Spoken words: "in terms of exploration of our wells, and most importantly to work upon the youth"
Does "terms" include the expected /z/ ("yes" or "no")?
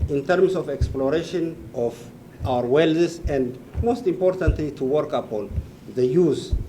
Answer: no